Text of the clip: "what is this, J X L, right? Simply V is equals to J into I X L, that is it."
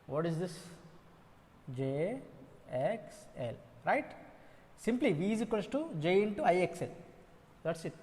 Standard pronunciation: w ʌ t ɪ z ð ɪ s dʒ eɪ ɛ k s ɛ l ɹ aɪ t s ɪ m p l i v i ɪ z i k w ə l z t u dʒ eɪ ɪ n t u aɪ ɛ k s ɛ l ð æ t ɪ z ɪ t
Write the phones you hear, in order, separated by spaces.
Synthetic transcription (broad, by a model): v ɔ t ɪ z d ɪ s dʒ eɪ ɛ k s ɛ l ɹ aɪ t s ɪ m p l i v i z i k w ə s t u dʒ eɪ ɪ n t u aɪ ɛ k s ɛ l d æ t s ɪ t